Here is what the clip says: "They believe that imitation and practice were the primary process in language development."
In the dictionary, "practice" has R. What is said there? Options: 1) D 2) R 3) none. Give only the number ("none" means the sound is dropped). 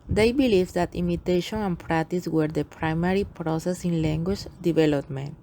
2